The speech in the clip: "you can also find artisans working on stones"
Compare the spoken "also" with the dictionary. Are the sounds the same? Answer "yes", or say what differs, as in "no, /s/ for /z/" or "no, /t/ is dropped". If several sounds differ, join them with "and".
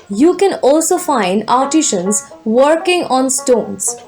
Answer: yes